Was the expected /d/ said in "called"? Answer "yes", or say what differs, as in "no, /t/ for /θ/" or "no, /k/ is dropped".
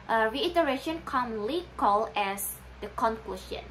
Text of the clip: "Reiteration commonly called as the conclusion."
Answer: no, /d/ is dropped